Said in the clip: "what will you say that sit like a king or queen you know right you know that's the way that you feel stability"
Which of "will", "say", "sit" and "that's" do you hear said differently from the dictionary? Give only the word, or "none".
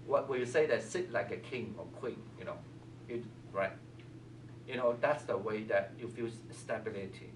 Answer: will